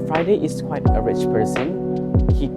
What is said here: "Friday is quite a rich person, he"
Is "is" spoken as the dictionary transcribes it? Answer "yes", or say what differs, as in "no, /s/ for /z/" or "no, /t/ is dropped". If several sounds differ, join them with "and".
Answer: no, /s/ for /z/